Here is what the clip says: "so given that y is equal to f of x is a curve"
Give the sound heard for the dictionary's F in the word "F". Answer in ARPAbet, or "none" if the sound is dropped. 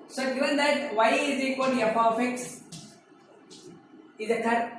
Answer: P